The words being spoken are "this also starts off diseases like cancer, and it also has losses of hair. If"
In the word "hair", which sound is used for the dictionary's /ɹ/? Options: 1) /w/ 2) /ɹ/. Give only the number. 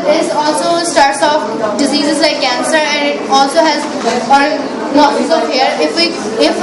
1